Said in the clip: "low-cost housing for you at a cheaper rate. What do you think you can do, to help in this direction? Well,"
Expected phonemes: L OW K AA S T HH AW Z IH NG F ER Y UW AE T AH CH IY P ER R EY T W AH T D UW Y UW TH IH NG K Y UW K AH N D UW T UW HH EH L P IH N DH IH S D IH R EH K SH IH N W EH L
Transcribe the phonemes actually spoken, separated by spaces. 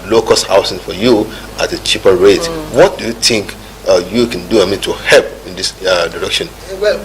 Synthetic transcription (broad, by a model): L OW K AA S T HH AW S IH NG F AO Y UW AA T AH CH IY P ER R EY T W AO T D UW Y UW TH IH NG K Y UW K AH N D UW T UW HH EH L P IH N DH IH S D IH R EH K SH IH N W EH